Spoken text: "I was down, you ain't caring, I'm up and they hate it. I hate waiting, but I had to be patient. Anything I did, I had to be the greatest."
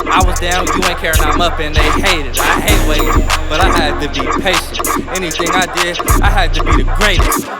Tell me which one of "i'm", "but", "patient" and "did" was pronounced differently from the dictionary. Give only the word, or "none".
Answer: none